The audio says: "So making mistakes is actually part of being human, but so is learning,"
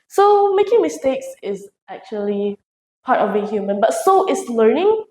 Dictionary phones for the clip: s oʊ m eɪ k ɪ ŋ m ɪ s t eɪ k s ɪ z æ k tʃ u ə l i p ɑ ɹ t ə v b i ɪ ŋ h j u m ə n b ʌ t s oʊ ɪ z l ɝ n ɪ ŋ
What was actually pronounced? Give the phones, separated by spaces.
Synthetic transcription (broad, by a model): s oʊ m eɪ k ɪ ŋ m ɪ s t eɪ k s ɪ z æ k tʃ u ə l i p ɑ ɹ t ə v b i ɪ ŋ h j u m ə n b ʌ t s oʊ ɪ s l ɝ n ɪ ŋ